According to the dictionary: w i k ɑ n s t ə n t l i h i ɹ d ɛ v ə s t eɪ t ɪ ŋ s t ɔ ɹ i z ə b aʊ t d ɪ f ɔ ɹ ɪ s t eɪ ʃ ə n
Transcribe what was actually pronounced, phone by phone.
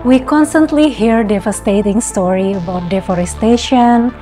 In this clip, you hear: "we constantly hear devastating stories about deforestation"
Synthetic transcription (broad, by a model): w i k ɑ n s t ə n t l i h i ɹ d ɛ v ə s t eɪ t ɪ ŋ s t ɔ ɹ i ə b aʊ t d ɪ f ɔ ɹ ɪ s t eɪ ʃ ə n